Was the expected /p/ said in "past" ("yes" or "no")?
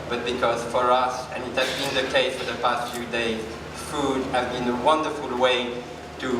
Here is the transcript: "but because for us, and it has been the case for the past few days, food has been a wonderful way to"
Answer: yes